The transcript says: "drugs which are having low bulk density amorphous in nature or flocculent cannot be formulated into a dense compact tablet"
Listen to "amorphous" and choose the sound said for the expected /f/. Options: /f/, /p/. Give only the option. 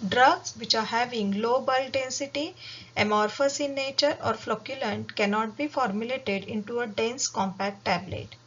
/f/